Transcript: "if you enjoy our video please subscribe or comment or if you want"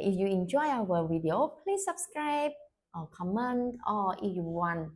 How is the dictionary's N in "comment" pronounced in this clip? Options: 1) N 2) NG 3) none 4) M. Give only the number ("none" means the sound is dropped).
1